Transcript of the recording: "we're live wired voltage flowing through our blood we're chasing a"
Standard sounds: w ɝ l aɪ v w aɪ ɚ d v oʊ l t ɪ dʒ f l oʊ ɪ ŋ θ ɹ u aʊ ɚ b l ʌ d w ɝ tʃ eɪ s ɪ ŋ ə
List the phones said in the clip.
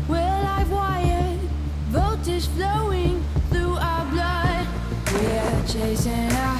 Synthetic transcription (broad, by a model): w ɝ l aɪ v w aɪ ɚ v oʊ t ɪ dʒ f l oʊ ɪ ŋ θ ɹ u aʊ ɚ b l ʌ d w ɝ tʃ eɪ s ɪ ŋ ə